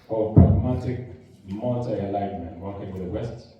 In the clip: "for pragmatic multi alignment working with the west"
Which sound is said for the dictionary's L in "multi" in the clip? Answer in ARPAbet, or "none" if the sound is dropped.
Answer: none